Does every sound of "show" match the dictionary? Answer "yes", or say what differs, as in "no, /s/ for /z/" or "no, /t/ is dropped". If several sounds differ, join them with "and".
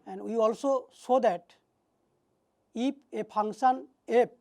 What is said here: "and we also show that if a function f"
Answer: no, /s/ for /ʃ/